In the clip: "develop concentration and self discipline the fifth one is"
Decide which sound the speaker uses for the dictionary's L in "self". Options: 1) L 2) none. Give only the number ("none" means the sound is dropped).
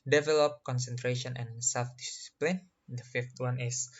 1